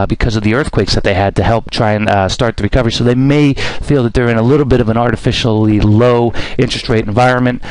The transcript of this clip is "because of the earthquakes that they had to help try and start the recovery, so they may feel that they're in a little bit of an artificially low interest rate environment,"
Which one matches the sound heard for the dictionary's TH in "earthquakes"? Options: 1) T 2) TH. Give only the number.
2